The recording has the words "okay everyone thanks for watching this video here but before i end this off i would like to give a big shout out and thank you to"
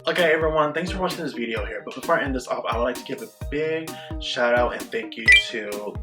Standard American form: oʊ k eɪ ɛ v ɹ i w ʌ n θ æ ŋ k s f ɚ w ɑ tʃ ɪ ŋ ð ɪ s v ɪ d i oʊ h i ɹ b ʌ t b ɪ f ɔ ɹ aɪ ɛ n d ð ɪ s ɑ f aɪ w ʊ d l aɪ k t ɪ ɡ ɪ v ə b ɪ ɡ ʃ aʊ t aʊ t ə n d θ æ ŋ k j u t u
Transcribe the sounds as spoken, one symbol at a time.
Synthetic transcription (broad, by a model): oʊ k eɪ ɛ v ɹ i w ʌ n θ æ ŋ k s f ɚ w ɑ tʃ ɪ ŋ ð ɪ s v ɪ d i oʊ h i ɹ b ʌ t b ɪ f ɔ ɹ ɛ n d ð ɪ s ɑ p aɪ w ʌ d l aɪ k t ɪ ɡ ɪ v ə b ɪ ɡ ʃ aʊ t aʊ t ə n θ æ ŋ k j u t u